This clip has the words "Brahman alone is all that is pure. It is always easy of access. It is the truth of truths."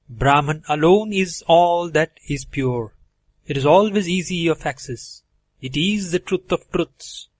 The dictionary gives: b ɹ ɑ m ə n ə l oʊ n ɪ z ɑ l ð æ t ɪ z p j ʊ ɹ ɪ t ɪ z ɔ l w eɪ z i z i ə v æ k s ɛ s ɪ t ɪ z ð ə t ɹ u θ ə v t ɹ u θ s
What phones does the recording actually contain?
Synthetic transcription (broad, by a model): b ɹ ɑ m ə n ə l oʊ n ɪ z ɑ l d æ t ɪ z p j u ɹ ɪ t ɪ z ɔ l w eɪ z i z i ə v æ k s ɛ s ɪ t ɪ z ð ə t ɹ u t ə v t ɹ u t s